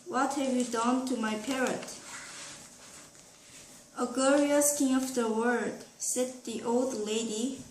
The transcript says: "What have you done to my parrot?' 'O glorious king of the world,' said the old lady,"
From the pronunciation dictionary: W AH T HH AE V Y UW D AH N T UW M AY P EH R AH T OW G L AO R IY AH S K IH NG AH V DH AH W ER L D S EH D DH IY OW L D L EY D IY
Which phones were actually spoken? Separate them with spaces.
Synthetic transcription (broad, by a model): W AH T HH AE V Y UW D AH N T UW M AY P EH R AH T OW G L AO R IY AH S K IH NG AH V DH AH W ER D S EH D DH IY OW L D L EY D IY